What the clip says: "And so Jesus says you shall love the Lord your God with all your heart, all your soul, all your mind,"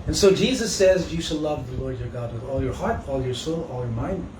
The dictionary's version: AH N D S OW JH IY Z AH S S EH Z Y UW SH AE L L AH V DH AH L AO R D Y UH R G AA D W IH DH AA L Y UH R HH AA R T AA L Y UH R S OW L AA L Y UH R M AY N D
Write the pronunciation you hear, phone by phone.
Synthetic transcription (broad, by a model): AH N S OW JH IY Z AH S S EH Z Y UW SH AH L L AH V DH AH L AO R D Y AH R G AA D W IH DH AA L Y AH R HH AA R T AA L Y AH R S OW L AA L Y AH R M AY N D